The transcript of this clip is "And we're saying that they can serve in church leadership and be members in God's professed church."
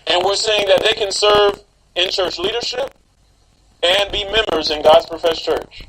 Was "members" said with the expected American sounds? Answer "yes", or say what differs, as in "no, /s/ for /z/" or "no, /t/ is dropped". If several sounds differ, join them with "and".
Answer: yes